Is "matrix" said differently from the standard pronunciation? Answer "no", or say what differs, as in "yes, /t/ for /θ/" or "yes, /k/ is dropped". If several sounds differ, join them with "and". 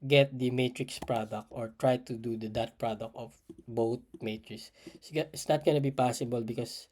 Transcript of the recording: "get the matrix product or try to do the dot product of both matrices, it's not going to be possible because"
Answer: no